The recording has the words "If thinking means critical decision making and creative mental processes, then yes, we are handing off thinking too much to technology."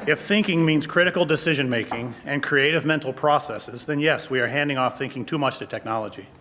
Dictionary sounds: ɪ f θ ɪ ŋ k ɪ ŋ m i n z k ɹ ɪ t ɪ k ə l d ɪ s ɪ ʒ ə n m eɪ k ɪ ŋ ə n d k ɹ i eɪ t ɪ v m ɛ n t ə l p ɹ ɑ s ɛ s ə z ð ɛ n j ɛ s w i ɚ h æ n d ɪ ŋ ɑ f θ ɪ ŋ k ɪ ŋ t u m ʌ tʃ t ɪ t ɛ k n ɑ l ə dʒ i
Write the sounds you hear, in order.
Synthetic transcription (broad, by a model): ɪ f θ ɪ ŋ k ɪ ŋ m i n z k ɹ ɪ t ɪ k l d ɪ s ɪ ʒ ə n m eɪ k ɪ ŋ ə n k ɹ i eɪ t ɪ v m ɛ n t l p ɹ ɑ s ɛ s ə z ð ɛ n j ɛ s w i ɚ h æ n d ɪ ŋ ɑ f θ ɪ ŋ k ɪ ŋ t u m ʌ tʃ t ɪ t ɛ k n ɑ l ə dʒ i